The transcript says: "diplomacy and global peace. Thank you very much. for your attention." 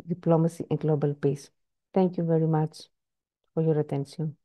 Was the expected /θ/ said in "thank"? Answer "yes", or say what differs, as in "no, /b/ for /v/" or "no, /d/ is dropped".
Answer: no, /t/ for /θ/